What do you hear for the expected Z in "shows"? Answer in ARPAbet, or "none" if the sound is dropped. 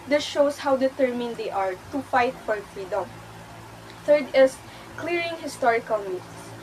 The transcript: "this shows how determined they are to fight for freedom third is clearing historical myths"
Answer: S